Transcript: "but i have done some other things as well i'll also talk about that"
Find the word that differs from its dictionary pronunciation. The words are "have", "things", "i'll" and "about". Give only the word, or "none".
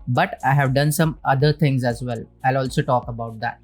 things